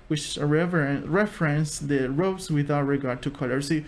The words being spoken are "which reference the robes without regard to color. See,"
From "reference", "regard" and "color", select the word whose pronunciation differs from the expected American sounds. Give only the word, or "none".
none